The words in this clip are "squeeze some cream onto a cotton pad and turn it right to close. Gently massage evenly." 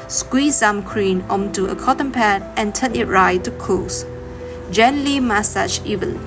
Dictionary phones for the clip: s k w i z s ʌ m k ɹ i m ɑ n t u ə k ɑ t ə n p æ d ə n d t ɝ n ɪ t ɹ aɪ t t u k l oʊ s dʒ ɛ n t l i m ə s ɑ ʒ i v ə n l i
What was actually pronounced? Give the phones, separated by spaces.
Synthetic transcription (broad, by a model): s k w i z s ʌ m k ɹ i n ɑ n t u ə k ɑ t ə n p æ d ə n t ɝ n ɪ t ɹ aɪ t t u k oʊ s dʒ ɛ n l i m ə s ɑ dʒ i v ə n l